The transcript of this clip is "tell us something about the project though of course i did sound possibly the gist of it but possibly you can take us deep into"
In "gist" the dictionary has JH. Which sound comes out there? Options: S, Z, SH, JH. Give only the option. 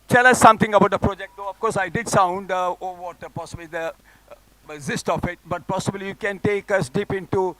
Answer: Z